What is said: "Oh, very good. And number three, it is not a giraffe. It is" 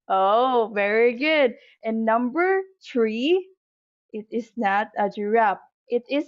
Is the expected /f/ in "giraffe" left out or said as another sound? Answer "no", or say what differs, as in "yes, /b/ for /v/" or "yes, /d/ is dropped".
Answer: yes, /p/ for /f/